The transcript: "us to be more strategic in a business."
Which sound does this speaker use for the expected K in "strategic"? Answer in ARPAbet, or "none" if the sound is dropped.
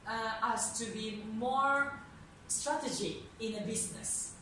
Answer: none